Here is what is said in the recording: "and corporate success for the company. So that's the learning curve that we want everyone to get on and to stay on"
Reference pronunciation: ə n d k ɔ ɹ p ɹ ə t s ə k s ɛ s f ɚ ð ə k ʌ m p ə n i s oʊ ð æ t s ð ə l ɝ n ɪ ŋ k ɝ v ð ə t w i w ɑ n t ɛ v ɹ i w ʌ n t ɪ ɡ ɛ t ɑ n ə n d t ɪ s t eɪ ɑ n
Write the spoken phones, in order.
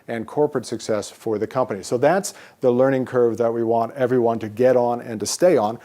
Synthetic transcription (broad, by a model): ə n k ɔ ɹ p ɹ ə t s ə k s ɛ s f ɚ ð ə k ʌ m p ə n i s oʊ ð æ t s ð ə l ɝ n ɪ ŋ k ɝ v ð ə t w i w ɑ n t ɛ v ɹ i w ʌ n t ɪ ɡ ɛ t n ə n t ɪ s t eɪ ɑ n